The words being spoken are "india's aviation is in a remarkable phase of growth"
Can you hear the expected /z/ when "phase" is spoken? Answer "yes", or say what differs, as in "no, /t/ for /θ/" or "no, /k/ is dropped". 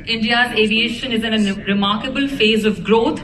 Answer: yes